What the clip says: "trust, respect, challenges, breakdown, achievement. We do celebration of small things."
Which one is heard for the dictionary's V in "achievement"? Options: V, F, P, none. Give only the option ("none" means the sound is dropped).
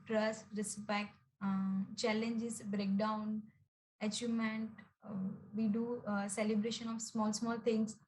none